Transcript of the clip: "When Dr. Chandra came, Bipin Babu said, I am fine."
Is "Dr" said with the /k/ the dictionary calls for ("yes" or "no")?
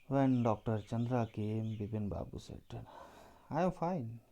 yes